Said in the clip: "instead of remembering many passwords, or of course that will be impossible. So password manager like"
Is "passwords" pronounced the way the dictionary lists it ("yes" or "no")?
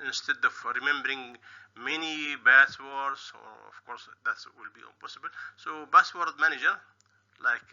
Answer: no